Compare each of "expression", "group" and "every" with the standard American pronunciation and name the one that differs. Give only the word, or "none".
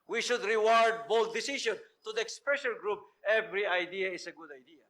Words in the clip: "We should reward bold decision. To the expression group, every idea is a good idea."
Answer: expression